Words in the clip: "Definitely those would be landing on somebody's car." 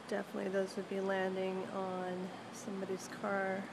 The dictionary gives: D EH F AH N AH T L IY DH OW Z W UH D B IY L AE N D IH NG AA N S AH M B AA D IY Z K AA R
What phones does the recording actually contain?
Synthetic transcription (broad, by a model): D EH F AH N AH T L IY DH OW Z W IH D B IY L AE N D IH NG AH N S AH M B AA D IY Z K AA R